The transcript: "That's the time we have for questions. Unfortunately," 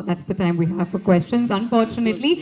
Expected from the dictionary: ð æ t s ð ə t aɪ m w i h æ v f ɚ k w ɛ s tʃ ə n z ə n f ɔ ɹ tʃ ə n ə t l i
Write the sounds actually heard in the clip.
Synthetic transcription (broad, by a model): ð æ t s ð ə t aɪ m w i h æ v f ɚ k w ɛ s tʃ ə n z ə n f ɔ ɹ tʃ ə n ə t l i